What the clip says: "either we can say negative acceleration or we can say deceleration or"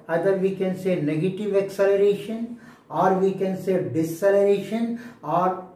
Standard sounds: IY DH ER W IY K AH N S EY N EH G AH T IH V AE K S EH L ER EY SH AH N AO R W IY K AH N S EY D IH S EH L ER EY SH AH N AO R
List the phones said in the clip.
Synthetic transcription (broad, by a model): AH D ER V IY K AH N S EY N EH G AH T IH V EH K S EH L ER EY SH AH N AO R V IY K AH N S EY D IH S EH L ER EY SH AH N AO R